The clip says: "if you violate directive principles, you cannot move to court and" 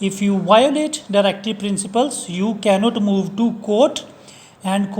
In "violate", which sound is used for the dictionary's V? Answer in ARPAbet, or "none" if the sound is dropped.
V